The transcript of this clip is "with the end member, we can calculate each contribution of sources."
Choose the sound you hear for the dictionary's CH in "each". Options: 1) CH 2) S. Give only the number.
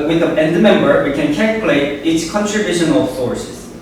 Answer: 2